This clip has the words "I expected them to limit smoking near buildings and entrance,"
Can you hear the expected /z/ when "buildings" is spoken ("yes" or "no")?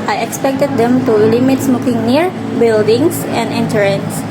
no